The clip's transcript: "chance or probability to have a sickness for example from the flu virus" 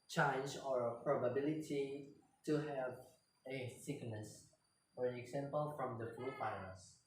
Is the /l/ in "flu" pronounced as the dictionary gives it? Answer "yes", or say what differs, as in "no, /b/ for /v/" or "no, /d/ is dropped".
no, /l/ is dropped